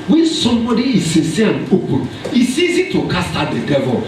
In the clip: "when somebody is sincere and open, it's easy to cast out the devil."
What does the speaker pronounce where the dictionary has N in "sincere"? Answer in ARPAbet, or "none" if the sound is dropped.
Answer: none